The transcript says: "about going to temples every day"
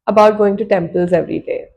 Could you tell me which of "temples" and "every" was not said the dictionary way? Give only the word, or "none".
none